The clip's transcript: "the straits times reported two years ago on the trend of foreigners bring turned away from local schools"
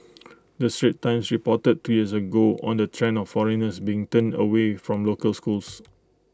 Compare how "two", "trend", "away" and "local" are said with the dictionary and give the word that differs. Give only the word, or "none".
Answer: trend